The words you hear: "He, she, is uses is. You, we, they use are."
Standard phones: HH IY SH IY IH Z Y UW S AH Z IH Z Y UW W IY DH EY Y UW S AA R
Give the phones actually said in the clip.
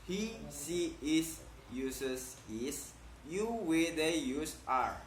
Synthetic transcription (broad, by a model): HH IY S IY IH S Y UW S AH S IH S Y UW W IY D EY Y UW S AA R